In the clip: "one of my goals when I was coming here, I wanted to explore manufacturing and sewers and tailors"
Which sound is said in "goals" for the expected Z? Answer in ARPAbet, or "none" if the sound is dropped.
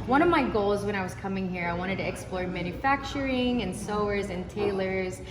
Z